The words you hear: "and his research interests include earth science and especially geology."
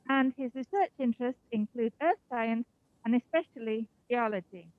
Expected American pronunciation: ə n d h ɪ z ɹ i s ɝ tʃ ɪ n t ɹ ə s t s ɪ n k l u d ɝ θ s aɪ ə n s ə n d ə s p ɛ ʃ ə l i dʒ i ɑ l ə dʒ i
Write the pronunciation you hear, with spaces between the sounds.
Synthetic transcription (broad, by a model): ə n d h ɪ z ɹ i s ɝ tʃ ɪ n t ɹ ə s t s ɪ n k l u d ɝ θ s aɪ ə n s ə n ə s p ɛ ʃ ə l i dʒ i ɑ l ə dʒ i